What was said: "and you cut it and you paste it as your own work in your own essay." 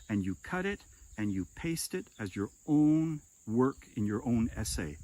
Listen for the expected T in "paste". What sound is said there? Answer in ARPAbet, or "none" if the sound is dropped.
T